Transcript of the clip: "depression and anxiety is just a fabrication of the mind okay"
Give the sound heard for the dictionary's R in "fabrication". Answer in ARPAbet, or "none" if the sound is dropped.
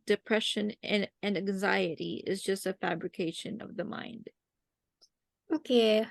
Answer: R